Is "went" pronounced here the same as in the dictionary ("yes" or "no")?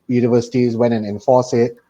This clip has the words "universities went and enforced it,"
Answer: no